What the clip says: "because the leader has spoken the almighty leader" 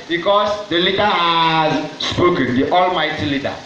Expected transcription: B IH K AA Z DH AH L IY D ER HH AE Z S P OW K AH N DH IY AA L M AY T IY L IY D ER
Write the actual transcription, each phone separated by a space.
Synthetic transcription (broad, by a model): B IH K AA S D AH L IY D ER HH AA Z S P OW K AH N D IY AA L M AY T IY L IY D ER